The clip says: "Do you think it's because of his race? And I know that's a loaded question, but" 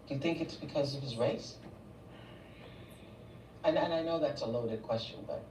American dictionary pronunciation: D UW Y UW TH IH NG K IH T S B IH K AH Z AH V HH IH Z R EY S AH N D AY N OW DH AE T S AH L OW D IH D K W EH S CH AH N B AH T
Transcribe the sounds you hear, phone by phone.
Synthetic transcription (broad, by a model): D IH Y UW TH IH NG K IH T S B IH K AH Z AH V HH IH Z R EY S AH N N AY N OW DH AE T S AH L OW D IH D K W EH S CH AH N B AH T